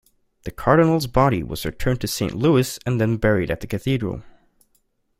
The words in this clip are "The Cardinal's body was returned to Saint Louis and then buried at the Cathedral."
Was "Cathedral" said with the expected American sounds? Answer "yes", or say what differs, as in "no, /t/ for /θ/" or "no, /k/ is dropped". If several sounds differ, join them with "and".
yes